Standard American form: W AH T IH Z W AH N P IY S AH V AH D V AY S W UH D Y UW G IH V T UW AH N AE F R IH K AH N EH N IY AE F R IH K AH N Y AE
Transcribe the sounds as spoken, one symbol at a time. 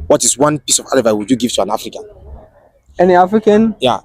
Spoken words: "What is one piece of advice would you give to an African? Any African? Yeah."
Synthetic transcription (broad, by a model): W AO T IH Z W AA N P IY S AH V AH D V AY W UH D Y UW G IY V T UW AH N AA F R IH K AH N EH N IY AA F R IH K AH N Y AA